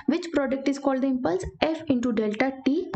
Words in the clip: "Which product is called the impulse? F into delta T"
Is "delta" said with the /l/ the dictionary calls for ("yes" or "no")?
yes